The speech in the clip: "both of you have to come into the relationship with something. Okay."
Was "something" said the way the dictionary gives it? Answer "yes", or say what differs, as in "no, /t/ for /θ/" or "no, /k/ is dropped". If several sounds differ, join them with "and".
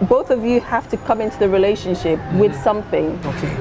yes